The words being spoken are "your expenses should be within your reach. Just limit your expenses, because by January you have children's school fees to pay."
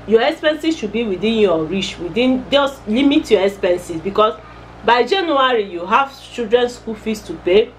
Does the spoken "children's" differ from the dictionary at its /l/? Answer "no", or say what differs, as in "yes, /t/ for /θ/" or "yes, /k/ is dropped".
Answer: yes, /l/ is dropped